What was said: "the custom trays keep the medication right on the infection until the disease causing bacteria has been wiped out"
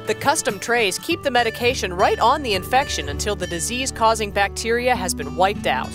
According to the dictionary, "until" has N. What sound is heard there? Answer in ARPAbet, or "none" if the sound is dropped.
N